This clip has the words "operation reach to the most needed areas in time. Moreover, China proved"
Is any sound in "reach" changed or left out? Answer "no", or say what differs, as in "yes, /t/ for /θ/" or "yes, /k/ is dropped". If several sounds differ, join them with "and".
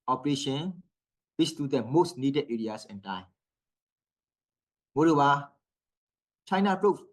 yes, /w/ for /ɹ/